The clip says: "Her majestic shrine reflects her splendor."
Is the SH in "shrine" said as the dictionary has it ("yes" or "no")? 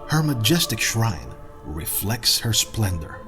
yes